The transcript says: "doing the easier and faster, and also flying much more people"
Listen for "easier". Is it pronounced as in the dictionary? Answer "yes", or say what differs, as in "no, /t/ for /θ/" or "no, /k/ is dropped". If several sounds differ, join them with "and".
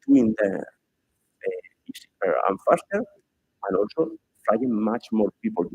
no, /s/ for /z/